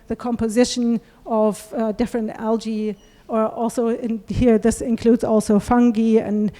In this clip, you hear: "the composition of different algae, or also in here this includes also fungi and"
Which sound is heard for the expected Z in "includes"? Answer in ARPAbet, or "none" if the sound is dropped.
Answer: Z